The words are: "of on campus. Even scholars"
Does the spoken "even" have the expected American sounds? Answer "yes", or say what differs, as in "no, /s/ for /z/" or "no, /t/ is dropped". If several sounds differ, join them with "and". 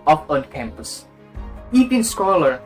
no, /p/ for /v/